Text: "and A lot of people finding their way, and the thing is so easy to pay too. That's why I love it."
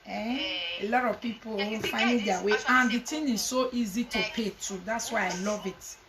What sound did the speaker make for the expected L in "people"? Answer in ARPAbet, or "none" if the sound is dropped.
W